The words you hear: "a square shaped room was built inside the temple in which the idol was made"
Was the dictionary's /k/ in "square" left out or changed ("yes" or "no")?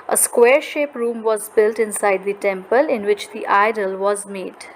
no